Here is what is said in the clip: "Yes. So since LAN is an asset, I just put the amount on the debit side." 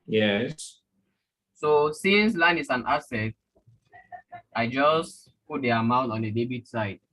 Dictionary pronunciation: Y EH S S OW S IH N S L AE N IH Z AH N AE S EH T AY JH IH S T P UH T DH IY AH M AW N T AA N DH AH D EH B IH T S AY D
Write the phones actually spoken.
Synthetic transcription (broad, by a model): Y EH S S OW S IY N S L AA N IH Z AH N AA S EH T AY JH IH S P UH T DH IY AH M AW N T AA N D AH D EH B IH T S AY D